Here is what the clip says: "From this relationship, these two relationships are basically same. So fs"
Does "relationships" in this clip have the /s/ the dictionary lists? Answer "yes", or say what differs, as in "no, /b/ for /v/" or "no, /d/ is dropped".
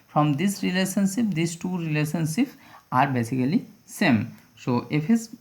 no, /s/ is dropped